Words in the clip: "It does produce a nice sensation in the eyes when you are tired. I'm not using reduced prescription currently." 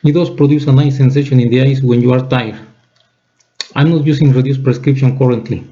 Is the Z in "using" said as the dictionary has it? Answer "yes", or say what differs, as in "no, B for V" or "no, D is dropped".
no, S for Z